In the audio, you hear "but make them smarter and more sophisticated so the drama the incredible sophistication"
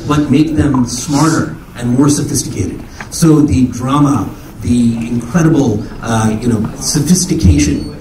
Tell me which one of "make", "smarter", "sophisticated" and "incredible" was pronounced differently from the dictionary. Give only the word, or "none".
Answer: incredible